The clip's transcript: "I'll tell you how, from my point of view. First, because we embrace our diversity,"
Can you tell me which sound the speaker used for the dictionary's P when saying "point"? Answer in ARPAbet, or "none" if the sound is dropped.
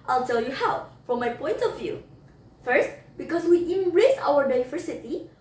P